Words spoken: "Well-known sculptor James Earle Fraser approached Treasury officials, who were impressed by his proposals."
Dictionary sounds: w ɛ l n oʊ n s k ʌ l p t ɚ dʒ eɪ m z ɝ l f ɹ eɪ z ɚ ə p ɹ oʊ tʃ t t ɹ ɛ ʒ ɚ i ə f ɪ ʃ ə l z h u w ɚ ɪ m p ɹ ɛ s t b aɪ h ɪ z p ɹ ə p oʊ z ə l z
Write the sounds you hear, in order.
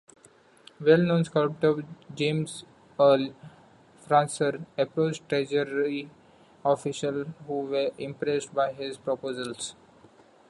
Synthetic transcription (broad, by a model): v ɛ l n oʊ n s k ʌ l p t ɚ dʒ eɪ m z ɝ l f ɹ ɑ s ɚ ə p ɹ oʊ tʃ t t ɹ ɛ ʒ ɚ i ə f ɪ ʃ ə l h u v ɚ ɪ m p ɹ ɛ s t b aɪ h ɪ z p ɹ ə p oʊ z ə l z